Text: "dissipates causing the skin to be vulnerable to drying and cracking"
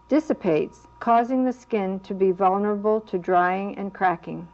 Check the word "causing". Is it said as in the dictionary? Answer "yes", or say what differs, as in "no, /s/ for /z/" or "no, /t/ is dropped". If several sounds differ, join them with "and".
yes